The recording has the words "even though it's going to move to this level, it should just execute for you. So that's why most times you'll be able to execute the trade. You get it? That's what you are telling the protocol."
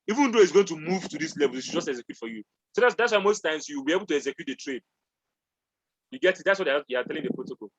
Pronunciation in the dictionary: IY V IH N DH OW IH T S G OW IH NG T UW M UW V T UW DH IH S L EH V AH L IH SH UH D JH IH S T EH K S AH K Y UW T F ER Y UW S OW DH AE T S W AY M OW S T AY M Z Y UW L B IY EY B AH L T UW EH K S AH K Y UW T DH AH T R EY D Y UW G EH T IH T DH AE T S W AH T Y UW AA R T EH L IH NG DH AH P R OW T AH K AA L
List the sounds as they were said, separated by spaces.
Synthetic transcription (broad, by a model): IY V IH N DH OW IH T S G OW IH NG T UW M UW V T UW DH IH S L EH V AH L IH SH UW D JH IH S T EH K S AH K Y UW T F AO Y UW S OW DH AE T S W AY M OW S T AY M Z Y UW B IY EY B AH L T UW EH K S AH K Y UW T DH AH T R EY D Y UW G EH T IH T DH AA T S W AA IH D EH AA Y T EH L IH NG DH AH P R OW T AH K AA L